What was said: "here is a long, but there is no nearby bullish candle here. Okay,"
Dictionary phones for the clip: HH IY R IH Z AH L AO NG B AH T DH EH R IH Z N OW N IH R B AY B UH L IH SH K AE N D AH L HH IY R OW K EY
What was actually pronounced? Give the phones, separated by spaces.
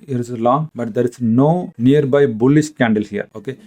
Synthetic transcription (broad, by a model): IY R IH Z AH L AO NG B AH T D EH R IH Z N OW N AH R B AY B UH L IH S K AE N D AH L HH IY R OW K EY